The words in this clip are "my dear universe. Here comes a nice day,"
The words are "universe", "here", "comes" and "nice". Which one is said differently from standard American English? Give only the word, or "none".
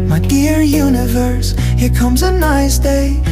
none